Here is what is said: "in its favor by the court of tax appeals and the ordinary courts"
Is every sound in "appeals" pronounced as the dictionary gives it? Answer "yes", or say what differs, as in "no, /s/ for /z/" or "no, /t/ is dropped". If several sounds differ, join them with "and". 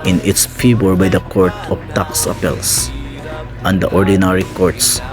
no, /s/ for /z/